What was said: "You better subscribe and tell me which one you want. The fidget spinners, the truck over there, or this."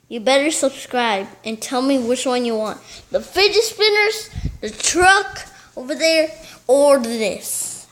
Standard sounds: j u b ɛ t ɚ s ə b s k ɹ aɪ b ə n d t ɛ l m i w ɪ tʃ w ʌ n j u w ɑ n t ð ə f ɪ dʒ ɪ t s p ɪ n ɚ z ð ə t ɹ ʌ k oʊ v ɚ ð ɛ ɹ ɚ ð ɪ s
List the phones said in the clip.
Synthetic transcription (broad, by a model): j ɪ b ɛ t ɚ s ə b s k ɹ aɪ b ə n t ɛ l m i w ɪ tʃ w ʌ n j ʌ w ɑ n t ð ə f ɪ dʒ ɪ s p ɪ n ɚ z ð ə t ɹ ʌ k oʊ v ɚ ð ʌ ɹ ɚ ð ɪ s